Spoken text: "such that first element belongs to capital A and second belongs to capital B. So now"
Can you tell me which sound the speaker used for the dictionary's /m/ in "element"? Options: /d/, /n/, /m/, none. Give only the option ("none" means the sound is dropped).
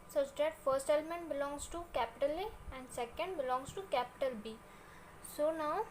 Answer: /m/